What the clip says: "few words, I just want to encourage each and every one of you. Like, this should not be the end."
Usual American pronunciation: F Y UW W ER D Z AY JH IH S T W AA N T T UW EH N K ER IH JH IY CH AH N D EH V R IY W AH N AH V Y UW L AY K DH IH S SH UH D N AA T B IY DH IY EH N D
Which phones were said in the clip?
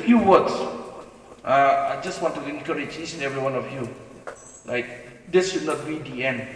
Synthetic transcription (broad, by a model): F Y UW W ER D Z AY JH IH S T W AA N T T UW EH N K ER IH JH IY S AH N EH V R IY W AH N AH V Y UW L AY K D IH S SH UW D N AA T B IY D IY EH N D